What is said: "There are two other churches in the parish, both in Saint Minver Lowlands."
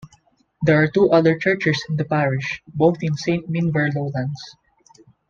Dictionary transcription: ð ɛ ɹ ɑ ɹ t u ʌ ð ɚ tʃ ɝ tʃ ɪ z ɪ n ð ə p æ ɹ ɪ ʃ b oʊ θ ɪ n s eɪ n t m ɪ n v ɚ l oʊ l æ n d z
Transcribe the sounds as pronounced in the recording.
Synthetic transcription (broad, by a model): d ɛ ɹ ɑ ɹ t u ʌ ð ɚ tʃ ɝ tʃ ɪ s ɪ n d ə p æ ɹ ɪ ʃ b oʊ θ ɪ n s eɪ n t m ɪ n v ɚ l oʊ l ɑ n d s